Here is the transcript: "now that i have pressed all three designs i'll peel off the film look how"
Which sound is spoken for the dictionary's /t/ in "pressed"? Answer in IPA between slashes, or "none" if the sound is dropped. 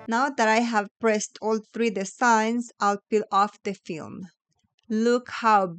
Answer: /t/